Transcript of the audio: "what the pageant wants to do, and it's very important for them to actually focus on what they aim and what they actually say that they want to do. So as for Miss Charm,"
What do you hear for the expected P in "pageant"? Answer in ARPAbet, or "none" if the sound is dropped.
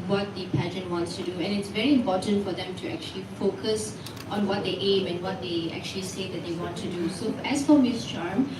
P